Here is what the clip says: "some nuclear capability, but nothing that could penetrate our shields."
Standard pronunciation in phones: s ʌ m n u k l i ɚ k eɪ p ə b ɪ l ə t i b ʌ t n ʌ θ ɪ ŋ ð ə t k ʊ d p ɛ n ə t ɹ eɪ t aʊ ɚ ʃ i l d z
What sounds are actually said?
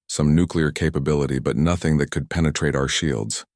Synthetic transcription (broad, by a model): s ʌ m n u k l i ɚ k eɪ p ə b ɪ l ə t i b ʌ t n ʌ θ ɪ ŋ ð ə t k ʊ d p ɛ n ə t ɹ eɪ t aʊ ɚ ʃ i l d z